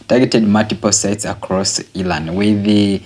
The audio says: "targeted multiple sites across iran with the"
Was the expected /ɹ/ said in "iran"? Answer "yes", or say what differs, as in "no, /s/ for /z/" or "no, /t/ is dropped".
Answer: no, /l/ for /ɹ/